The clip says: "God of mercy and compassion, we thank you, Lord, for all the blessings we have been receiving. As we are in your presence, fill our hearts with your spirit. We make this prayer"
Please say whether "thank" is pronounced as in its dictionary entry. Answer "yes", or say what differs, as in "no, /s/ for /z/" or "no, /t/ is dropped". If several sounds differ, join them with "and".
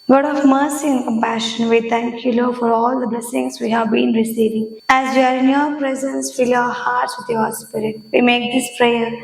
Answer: no, /t/ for /θ/